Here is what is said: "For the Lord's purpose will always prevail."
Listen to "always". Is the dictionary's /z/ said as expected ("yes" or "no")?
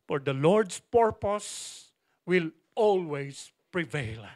no